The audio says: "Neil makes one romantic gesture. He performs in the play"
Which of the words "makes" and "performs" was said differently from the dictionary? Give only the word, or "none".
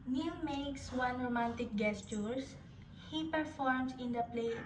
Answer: performs